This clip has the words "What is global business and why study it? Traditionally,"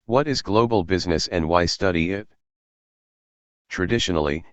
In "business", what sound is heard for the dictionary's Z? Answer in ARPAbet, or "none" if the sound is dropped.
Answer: Z